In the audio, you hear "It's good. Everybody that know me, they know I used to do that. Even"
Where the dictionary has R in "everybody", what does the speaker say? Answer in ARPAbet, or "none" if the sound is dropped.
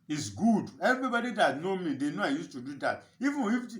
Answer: R